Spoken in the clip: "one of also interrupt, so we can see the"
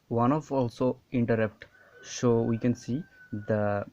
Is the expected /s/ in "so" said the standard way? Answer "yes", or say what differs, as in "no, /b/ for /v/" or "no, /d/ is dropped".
no, /ʃ/ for /s/